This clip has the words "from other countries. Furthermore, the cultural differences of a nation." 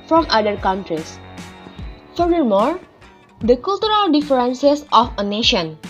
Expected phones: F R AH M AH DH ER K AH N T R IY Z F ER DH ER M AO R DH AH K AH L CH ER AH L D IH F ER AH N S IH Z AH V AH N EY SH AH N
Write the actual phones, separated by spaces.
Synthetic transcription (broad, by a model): F R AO M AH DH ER K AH N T R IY S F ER ER M AO R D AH K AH L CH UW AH L D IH F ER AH N S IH S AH F AH N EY SH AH N